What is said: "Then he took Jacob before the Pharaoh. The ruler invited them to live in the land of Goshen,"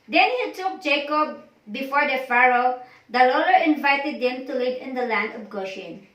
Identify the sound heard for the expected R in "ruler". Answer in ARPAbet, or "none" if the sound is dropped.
L